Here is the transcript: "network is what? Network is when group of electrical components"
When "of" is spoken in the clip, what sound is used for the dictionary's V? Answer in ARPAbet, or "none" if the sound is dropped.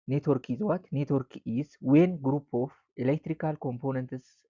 F